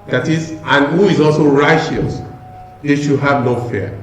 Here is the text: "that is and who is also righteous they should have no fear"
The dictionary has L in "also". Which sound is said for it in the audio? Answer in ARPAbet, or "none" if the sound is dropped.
L